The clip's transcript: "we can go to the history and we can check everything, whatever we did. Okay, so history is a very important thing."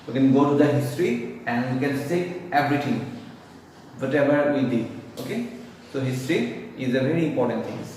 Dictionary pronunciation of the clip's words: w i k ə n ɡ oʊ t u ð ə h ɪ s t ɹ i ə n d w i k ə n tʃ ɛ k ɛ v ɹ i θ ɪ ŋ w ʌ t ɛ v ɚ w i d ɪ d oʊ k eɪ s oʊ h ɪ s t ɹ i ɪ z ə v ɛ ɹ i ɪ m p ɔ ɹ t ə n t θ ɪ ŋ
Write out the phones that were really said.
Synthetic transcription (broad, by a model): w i k ə n ɡ oʊ t u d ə h ɪ s t ɹ i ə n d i k ə n s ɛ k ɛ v ɹ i t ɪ ŋ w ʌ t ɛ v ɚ w i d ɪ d oʊ k eɪ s oʊ h ɪ s t ɹ i ɪ z ə v ɛ ɹ i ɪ m p ɔ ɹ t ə n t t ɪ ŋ